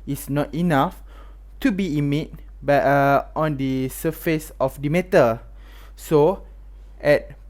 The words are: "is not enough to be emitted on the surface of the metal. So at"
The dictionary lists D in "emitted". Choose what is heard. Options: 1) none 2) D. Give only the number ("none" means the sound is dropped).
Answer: 1